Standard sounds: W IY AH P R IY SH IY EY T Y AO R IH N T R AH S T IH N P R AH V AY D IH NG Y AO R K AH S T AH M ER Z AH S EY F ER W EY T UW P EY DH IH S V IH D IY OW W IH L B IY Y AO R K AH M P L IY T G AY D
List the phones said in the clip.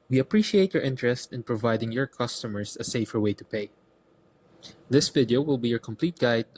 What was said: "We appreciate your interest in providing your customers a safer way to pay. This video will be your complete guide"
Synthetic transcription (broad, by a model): W IY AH P R IY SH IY EY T Y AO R IH N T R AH S T IH N P R AH V AY D IH NG Y AO R K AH S T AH M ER S AH S EY F ER W EY T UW P EY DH IH S V IH D IY OW W IH L B IY Y AO R K AH M P L IY T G AY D